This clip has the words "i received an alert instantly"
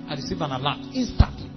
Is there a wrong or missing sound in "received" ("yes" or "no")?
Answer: yes